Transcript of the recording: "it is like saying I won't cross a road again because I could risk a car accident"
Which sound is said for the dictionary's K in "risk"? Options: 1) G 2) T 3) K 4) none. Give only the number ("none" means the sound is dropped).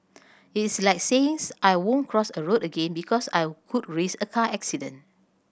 4